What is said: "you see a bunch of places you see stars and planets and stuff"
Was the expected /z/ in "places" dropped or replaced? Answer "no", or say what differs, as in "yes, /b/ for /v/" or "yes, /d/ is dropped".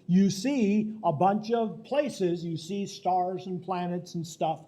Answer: no